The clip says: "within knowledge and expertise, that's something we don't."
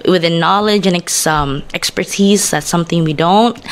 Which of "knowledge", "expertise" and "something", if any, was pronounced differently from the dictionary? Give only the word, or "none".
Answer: none